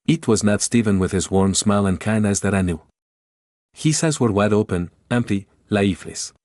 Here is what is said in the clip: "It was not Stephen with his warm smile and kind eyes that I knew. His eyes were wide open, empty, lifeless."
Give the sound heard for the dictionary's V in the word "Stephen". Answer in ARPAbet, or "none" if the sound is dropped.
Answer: V